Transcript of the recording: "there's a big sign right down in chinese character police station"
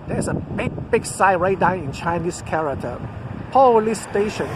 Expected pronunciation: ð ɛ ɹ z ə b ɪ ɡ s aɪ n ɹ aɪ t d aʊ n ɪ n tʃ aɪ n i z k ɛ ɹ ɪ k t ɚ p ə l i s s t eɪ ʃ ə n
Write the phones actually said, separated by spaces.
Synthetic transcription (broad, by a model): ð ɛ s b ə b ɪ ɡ s aɪ ɹ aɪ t d aʊ n ɪ n tʃ aɪ n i s k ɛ ɹ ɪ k t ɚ p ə l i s s t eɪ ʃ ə n